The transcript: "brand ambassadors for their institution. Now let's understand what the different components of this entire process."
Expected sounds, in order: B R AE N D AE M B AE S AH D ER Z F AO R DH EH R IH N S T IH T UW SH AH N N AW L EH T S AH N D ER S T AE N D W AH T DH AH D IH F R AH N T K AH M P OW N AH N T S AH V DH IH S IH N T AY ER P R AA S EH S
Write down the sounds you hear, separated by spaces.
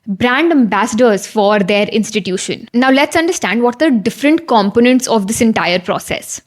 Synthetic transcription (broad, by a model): B R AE N D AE M B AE S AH D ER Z F AO R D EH R IH N S T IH T UW SH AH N N AW L EH T S AH N D ER S T AE N D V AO T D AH D IH F R AH N T K AH M P OW N AH N T S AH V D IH S IH N T AY ER P R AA S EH S